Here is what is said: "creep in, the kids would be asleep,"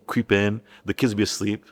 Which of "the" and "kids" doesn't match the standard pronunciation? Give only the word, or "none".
none